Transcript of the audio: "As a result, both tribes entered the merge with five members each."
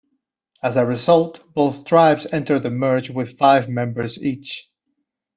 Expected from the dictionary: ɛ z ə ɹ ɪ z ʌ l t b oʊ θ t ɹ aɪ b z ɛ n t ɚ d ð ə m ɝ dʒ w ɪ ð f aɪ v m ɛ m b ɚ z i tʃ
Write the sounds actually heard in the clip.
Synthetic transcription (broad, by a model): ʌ z ə ɹ ɪ z ʌ l t b oʊ θ t ɹ aɪ b z ɛ n t ɚ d ð ə m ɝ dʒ w ɪ ð f aɪ v m ɛ m b ɚ z i tʃ